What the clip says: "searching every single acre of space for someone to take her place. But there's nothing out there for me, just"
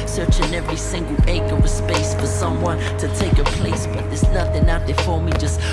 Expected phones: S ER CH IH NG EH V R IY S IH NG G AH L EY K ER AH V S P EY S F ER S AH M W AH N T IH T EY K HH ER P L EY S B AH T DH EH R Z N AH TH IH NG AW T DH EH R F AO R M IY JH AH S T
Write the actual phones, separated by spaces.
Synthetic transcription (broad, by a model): S ER CH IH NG EH V R IY S IH NG G L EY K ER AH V S P EY S F ER S AH M W AH N T IH T EY K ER P L EY S B AH T DH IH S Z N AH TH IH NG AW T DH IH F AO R M IY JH AH S T